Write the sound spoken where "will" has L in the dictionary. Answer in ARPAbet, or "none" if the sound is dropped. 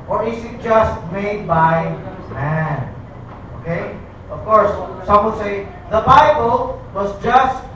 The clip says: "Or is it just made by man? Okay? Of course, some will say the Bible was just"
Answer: N